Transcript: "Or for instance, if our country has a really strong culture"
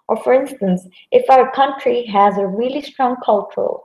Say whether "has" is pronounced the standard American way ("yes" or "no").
yes